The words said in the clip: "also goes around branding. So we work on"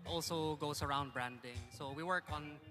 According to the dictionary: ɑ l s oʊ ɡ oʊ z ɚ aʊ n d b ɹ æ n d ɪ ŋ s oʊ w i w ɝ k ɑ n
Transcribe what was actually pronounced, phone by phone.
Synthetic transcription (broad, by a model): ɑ l s oʊ ɡ oʊ s ɚ aʊ n d b ɹ æ n d ɪ ŋ s oʊ w i w ɝ k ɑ n